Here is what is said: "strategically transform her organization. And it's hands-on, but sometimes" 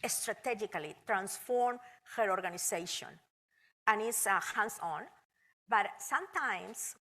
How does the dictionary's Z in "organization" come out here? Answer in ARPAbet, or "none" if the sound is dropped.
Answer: S